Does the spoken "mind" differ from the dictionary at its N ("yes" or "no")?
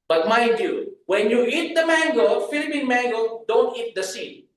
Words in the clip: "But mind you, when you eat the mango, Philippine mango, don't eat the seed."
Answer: yes